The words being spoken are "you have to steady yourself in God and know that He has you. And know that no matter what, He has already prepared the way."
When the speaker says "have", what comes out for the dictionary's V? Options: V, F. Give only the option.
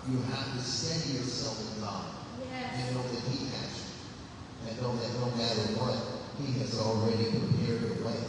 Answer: F